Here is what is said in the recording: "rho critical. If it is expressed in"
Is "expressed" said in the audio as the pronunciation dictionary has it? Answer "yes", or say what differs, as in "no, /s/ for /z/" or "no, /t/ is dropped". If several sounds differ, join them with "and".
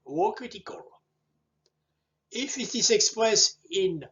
no, /t/ is dropped